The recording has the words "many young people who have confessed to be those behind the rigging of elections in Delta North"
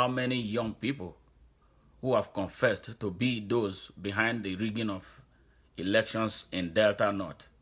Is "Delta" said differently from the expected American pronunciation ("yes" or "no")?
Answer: no